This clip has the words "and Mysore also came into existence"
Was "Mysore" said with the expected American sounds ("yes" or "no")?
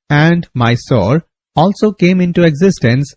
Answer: yes